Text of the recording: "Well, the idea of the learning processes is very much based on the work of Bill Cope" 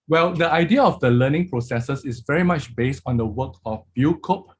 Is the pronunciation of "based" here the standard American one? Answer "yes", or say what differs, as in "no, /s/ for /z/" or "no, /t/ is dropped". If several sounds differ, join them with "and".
yes